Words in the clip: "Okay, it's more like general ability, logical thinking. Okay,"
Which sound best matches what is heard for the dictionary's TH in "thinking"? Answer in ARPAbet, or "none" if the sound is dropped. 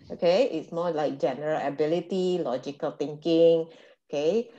T